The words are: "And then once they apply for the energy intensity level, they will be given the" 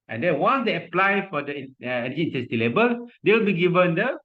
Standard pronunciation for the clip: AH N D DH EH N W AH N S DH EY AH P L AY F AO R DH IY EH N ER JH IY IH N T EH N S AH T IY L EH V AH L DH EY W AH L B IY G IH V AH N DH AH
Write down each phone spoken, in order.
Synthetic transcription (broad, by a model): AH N D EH N W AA N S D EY AH P L AY F AO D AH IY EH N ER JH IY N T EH S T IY L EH B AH L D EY W AH L B IY G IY V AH N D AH